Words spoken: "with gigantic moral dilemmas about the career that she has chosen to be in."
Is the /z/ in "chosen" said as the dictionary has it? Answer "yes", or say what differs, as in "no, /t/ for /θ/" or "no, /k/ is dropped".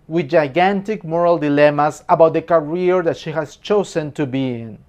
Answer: no, /s/ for /z/